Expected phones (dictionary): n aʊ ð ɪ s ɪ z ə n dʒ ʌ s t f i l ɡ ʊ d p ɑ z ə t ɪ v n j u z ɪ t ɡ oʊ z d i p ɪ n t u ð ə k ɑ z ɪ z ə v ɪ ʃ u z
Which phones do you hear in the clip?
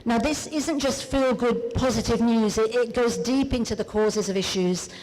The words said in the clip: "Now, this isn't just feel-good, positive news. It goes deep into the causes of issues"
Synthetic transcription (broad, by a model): n aʊ ð ɪ s ɪ z ə n dʒ ʌ s t f i l ɡ ʊ d p ɑ z ə t ɪ v n j u z ɪ t ɡ oʊ z d i p ɪ n t u ð ə k ɑ z ɪ z ə v ɪ ʃ u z